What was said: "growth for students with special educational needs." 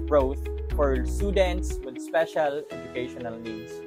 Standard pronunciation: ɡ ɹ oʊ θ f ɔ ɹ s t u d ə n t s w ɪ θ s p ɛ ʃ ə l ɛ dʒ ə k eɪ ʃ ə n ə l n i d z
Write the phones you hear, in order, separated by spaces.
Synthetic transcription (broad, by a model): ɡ ɹ oʊ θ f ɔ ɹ s t u d ə n t s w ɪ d s p ɛ ʃ ə l ɛ dʒ ə k eɪ ʃ ə n ə l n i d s